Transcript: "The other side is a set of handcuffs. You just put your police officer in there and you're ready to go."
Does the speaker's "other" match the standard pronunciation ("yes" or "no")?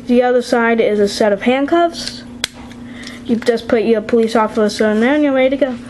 yes